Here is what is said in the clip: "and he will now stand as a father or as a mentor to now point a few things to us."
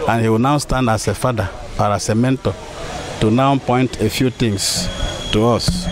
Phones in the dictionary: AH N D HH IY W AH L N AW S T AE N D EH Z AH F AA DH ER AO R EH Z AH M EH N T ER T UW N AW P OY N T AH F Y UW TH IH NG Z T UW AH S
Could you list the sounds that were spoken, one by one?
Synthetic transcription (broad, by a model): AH N HH IY W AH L N AW S T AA N D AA S AH F AA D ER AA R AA S AH M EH N T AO T UW N AW P OY N T AH F Y UW T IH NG S T UW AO S